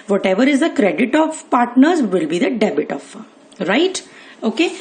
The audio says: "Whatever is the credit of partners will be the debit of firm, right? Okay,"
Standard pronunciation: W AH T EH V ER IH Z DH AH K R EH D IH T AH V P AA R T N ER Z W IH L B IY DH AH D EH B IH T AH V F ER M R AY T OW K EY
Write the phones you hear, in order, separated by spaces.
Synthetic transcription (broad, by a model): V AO T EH V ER IH Z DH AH K R EH D IH T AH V P AA R T N ER Z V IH L B IY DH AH D EH B IH T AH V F R AY T OW K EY